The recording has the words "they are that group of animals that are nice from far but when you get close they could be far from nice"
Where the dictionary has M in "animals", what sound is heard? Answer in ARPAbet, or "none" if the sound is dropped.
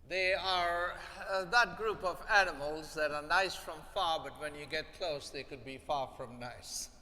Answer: M